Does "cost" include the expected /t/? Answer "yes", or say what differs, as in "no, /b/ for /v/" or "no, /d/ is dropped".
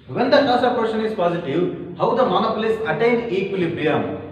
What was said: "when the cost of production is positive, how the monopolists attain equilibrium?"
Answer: no, /t/ is dropped